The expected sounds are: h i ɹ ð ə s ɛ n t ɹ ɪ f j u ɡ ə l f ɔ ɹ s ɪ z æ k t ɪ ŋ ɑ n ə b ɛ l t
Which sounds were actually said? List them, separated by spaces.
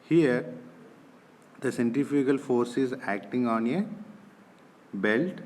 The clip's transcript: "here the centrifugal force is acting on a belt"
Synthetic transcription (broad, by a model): h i ɹ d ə s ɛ n t ɪ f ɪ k ə l f ɔ ɹ s ɪ z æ k t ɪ ŋ ɑ n ə b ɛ l t